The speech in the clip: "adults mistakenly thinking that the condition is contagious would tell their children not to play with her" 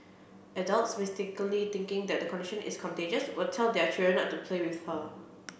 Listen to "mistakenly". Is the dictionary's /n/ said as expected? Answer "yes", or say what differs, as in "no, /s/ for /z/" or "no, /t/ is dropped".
no, /n/ is dropped